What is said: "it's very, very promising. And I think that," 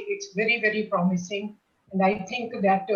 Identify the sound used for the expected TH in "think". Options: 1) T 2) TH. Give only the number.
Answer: 1